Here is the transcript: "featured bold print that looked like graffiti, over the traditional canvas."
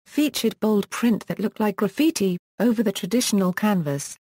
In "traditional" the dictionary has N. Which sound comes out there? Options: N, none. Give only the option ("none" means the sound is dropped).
N